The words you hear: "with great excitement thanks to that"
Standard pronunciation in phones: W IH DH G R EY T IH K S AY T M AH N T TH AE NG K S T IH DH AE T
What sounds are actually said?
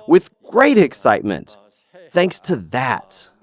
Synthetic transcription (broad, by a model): W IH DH G R EY T IH K S AY T M AH N T TH AE NG K S T IH DH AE T